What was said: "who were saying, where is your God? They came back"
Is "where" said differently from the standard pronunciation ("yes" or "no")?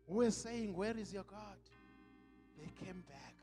no